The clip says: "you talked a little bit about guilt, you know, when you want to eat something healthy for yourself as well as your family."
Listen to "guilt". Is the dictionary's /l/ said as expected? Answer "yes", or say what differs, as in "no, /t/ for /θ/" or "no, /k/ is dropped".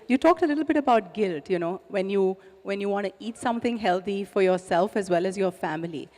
yes